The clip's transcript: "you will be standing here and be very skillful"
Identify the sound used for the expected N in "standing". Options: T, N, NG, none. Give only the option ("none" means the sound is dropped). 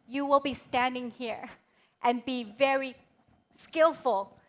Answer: N